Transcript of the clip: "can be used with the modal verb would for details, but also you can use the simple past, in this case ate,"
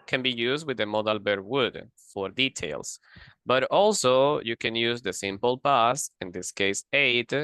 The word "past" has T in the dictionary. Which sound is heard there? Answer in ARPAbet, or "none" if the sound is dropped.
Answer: none